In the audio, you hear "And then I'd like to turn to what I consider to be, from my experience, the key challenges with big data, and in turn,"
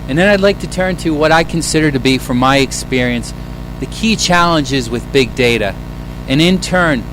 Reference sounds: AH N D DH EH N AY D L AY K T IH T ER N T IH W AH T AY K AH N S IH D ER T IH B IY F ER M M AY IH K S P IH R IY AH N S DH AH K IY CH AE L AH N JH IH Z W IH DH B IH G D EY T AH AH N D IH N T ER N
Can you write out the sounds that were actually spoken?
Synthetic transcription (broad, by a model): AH N DH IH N AY D L AY K T IH T ER N T IH W AH T AY K AH N S IH D ER T IH B IY F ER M M AY IH K S P IH R IY AH N S DH AH K IY CH AE L AH N JH IH Z W IH DH B IH G D EY T AH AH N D IH N T ER N